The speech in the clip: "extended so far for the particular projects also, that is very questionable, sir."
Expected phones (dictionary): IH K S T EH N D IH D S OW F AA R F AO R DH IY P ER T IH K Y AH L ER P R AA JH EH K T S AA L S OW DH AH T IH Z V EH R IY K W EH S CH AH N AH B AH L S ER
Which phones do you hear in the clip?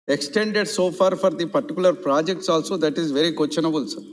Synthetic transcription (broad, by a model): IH K S T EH N D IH D S OW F AA R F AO R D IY P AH T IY K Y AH L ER P R AA JH EH K T S AA L S OW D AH T IH Z V EH R IY K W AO CH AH N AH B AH L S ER